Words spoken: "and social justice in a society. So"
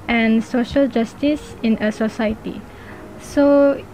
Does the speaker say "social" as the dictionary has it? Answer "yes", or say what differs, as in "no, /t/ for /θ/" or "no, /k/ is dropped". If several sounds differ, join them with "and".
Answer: yes